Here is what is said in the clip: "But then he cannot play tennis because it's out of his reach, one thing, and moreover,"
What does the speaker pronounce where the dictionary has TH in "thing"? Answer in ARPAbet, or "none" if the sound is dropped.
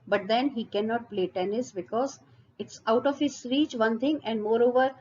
T